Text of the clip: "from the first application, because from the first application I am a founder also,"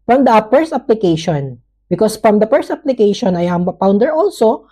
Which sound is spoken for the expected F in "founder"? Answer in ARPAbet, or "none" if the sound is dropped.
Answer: P